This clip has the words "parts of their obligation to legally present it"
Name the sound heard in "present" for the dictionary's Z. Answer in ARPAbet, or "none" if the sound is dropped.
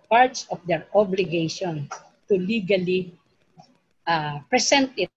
S